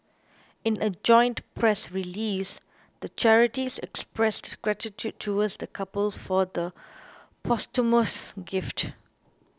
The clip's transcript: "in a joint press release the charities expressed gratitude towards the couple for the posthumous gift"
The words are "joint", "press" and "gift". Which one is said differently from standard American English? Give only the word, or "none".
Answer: none